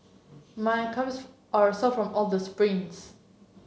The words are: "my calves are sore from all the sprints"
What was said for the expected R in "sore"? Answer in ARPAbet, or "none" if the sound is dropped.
L